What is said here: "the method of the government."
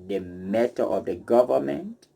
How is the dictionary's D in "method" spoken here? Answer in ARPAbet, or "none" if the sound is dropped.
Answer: none